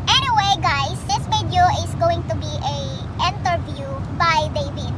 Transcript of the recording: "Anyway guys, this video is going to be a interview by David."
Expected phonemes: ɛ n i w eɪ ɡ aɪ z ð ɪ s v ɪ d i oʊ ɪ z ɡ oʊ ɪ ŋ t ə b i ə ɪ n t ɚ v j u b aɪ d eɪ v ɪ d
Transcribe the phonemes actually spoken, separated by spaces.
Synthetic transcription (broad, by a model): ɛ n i w eɪ ɡ aɪ s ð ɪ s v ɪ d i oʊ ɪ s ɡ oʊ ɪ ŋ t ə b i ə ɪ n t ɚ v j u b aɪ d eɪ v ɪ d